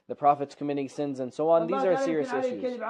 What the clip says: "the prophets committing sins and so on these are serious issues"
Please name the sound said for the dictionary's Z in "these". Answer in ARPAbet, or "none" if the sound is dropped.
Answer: Z